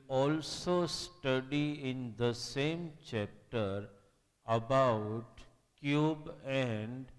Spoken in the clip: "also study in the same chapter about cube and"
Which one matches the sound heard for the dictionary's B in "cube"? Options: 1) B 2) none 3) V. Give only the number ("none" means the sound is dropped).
1